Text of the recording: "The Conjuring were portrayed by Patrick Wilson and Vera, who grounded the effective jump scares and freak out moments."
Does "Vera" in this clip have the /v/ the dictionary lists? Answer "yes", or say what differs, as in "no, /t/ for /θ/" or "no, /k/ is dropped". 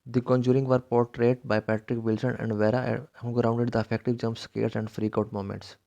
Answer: yes